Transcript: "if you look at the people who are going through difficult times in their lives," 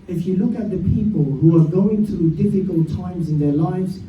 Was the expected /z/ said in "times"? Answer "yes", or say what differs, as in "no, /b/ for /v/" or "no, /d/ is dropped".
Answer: yes